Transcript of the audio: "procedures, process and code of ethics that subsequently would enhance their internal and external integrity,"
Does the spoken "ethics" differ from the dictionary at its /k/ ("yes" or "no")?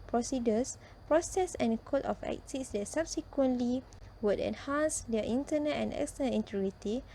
yes